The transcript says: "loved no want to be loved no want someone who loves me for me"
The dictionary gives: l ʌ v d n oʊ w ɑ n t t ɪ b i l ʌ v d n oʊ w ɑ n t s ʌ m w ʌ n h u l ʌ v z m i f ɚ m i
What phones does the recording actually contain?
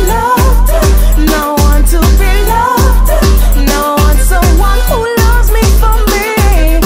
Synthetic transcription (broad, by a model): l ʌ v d n oʊ w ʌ n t t ɪ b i l ʌ v d n oʊ w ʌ n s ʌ w ʌ n h u l ʌ v z m i f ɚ m i